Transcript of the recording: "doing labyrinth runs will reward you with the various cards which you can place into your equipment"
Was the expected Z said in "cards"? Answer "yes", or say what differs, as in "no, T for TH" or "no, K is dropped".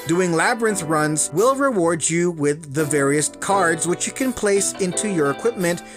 yes